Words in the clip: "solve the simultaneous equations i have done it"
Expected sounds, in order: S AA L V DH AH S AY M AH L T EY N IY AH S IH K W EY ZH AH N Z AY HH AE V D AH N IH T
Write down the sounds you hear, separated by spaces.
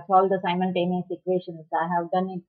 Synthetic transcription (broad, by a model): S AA L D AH S AY M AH L T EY N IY S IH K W EY SH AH N S AY HH AE V D AH N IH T